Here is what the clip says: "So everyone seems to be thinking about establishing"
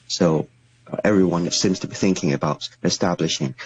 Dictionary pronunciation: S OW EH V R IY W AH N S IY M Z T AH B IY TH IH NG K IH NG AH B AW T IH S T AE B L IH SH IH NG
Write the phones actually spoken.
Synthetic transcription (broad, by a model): S OW EH V R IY W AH N S IY M Z T AH B IY TH IH NG K IH NG AH B AW T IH S T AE B L IH SH IH NG